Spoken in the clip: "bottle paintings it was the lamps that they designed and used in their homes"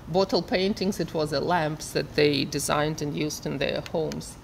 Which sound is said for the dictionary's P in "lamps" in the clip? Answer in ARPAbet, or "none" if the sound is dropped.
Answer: P